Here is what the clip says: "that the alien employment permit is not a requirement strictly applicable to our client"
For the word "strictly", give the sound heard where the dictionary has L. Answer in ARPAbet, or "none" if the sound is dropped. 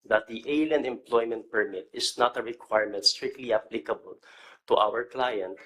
L